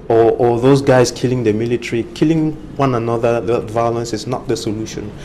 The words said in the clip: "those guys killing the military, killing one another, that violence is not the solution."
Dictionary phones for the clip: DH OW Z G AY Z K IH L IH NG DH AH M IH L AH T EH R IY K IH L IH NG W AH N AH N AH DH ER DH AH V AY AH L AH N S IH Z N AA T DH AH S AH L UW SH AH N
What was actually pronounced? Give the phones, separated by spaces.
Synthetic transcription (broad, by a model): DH OW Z G AY S K IH L IH NG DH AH M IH L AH T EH R IY K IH L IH NG W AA N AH N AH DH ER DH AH V AY AH L AH N S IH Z N AA T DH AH S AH L UW SH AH N